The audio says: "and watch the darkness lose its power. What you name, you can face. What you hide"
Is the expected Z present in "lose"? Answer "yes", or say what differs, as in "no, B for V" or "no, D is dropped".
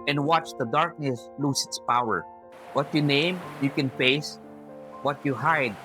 no, S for Z